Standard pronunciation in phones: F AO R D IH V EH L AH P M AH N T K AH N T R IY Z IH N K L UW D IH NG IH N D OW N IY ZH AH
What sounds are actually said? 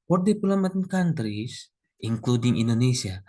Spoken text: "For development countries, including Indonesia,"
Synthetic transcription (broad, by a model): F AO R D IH P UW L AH M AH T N K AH N T R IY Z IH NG K L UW D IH NG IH N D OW N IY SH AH